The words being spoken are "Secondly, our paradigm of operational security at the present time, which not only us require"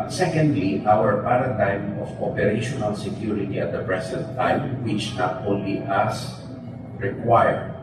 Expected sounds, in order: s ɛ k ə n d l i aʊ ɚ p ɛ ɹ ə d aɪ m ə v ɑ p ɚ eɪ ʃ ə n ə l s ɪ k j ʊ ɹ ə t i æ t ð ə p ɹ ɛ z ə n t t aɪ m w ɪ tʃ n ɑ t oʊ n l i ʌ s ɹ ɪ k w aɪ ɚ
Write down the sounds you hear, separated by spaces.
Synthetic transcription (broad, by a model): s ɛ k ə n d l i aʊ ɚ p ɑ ɹ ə d aɪ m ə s ɑ p ɚ eɪ ʃ ə n ə l s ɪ k j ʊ ɹ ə t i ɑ t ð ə p ɹ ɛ s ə n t t aɪ m w ɪ tʃ n ɑ t oʊ n l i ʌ s ɹ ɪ k w aɪ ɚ